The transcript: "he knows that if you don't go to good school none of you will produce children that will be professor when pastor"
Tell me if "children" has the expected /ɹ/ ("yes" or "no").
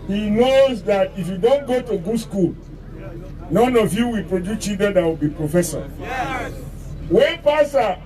no